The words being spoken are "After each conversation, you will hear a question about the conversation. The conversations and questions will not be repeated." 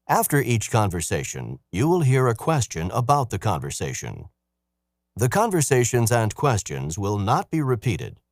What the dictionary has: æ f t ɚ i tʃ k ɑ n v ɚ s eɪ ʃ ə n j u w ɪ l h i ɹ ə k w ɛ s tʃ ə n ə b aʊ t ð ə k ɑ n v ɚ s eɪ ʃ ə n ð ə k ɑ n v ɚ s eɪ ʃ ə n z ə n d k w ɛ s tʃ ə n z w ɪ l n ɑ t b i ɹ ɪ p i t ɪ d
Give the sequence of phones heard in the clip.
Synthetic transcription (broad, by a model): æ f t ɚ i tʃ k ɑ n v ɚ s eɪ ʃ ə n j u w ɪ l h i ɹ ə k w ɛ s tʃ ə n ə b aʊ t ð ə k ɑ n v ɚ s eɪ ʃ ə n ð ə k ɑ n v ɚ s eɪ ʃ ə n z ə n k w ɛ s tʃ ə n z w ɪ l n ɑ t b i ɹ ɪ p i t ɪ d